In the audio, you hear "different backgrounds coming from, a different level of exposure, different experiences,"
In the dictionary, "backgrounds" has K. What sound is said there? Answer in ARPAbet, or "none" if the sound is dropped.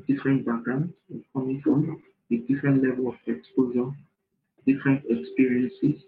none